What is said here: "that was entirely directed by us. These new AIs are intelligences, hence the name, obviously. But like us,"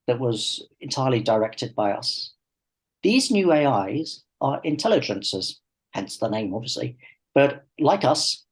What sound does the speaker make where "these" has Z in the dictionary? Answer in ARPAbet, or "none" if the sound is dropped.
Z